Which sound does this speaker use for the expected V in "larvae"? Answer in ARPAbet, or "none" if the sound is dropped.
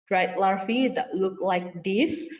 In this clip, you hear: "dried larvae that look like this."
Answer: F